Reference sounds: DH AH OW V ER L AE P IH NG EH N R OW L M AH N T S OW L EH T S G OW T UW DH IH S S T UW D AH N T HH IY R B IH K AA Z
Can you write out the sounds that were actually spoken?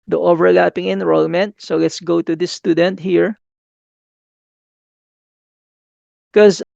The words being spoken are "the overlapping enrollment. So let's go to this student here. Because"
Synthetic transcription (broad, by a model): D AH OW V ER L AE P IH NG EH N R OW L M AH N T S OW L EH T S G OW T UW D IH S S T UW D AH N T HH IY R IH K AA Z